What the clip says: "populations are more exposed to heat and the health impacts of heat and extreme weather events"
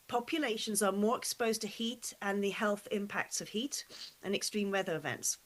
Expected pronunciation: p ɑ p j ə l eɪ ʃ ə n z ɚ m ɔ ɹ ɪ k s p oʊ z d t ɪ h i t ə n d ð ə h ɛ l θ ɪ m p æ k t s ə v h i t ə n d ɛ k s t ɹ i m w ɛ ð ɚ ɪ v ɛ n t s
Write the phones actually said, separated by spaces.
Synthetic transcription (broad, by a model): p ɑ p j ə l eɪ ʃ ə n z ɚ m ɔ ɹ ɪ k s p oʊ z t ɪ h i t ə n ð ə h ɛ l θ ɪ m p æ k t s ə v h i t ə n ɛ k s t ɹ i m w ɛ ð ɚ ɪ v ɛ n t s